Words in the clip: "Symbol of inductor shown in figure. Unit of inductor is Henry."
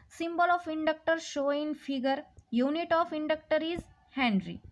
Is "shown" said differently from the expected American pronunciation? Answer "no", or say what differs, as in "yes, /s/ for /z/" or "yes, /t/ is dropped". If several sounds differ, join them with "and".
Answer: yes, /n/ is dropped